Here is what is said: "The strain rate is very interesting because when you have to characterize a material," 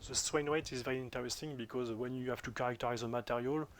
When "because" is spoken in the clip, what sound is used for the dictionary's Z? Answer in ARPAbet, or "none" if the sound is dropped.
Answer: Z